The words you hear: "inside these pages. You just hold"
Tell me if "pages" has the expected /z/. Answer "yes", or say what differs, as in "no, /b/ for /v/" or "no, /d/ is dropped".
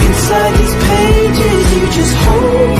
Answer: no, /z/ is dropped